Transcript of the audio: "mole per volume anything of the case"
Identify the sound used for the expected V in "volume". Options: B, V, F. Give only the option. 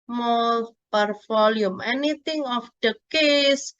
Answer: F